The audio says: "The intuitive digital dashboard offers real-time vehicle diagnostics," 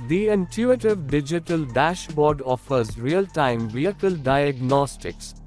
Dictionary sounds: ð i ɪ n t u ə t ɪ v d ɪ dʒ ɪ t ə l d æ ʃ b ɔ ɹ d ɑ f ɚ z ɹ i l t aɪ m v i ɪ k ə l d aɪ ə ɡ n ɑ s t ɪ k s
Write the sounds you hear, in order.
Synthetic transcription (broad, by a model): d i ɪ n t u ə t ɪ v d ɪ dʒ ɪ t ə l d æ ʃ b ɔ ɹ d ɑ f ɚ z ɹ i l t aɪ m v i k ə l d aɪ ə ɡ n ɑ s t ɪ k s